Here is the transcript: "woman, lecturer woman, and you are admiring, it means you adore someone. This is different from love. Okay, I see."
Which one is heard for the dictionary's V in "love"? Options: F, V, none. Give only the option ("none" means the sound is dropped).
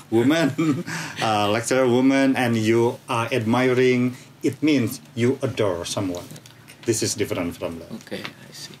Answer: none